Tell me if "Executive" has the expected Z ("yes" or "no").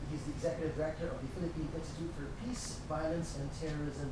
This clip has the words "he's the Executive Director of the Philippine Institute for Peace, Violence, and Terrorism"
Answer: yes